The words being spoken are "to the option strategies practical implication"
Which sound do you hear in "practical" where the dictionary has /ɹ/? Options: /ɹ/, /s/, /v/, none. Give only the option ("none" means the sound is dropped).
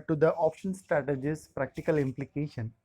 /ɹ/